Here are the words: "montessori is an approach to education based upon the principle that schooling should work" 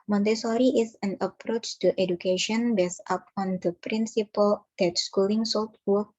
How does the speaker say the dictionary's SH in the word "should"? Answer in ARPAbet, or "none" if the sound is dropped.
S